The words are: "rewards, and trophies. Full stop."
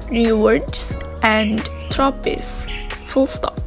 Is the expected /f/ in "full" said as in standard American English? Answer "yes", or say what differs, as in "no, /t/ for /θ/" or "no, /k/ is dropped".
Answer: yes